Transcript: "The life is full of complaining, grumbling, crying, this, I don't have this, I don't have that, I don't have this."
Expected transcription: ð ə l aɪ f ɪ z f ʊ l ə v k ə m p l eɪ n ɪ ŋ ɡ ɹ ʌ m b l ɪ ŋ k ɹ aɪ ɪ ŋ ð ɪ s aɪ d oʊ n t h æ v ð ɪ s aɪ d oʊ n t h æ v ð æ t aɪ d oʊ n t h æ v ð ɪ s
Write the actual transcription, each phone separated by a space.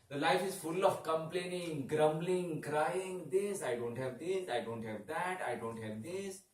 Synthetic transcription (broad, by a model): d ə l aɪ f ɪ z f ʊ l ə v k ə m p l eɪ n ɪ ŋ ɡ ɹ ʌ m b l ɪ ŋ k ɹ aɪ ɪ ŋ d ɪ s aɪ d oʊ n t h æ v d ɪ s aɪ d oʊ n t h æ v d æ t aɪ d oʊ n t h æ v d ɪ s